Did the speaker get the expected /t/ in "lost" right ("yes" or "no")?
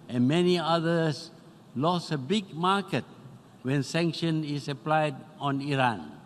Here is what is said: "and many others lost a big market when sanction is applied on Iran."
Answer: no